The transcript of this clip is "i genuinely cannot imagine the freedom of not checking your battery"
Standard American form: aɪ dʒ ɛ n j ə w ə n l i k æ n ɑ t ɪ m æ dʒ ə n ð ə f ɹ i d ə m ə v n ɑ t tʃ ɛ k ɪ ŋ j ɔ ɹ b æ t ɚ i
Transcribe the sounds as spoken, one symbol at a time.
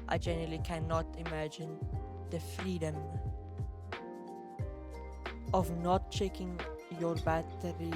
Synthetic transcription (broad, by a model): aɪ dʒ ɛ n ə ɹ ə l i k æ n ɑ t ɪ m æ dʒ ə n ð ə f ɹ i d ə m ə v n ɑ t tʃ ɛ k ɪ ŋ j ɔ ɹ b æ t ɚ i